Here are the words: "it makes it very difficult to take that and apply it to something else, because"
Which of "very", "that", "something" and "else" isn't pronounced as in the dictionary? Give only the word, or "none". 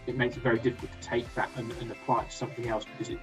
none